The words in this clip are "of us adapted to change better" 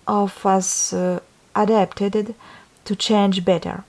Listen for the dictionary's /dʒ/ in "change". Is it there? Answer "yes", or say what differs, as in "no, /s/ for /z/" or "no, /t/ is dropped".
yes